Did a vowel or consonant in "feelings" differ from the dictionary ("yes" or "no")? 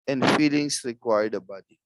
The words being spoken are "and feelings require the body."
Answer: yes